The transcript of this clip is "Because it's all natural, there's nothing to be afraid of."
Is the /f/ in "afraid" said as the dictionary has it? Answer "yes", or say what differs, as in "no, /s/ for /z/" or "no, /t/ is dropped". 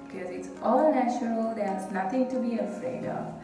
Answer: yes